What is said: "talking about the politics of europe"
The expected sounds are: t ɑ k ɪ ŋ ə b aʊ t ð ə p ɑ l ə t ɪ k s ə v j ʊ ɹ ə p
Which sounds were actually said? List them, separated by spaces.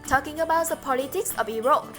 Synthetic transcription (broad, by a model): t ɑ k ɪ ŋ ə b aʊ t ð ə p ɑ l ə t ɪ k s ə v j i ɹ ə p